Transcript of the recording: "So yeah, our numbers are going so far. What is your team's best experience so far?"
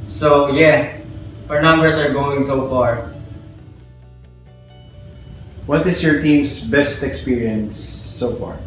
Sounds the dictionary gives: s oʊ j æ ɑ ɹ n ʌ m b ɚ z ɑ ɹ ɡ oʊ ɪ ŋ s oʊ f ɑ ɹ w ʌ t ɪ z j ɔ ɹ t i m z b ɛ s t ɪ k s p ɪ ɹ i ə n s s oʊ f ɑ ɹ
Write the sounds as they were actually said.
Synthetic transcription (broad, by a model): s oʊ j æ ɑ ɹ n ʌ m b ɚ s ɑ ɹ ɡ oʊ ɪ ŋ s oʊ f ɑ ɹ w ʌ t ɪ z j ɔ ɹ t i m s b ɛ s t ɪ k s p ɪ ɹ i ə n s s oʊ f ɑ ɹ